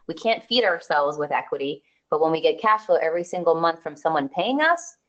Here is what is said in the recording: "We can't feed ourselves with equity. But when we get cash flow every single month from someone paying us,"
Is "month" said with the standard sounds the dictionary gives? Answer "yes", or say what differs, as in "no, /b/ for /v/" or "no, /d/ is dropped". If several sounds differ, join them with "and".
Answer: yes